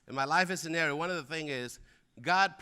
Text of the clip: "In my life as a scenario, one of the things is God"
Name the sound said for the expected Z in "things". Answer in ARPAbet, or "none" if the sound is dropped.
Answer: none